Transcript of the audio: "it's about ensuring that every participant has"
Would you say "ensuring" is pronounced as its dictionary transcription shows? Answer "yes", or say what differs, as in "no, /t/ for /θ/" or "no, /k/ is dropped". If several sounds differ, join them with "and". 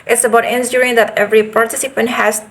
no, /s/ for /ʃ/